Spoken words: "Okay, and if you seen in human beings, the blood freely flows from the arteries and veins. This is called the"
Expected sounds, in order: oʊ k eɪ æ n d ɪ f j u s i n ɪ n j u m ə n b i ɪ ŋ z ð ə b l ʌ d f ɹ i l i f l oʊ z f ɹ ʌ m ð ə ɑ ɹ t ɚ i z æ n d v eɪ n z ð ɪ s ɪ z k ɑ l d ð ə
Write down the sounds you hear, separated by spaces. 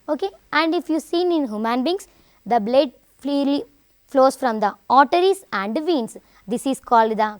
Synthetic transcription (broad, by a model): oʊ k eɪ æ n d ɪ f j u s i n ɪ n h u m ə n b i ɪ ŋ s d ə b l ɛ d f i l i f l oʊ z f ɹ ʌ m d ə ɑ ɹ t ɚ i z æ n d v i n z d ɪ s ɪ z k ɑ l d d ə